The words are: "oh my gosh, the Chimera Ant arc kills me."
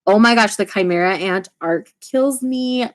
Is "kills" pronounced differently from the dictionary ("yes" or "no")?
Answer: no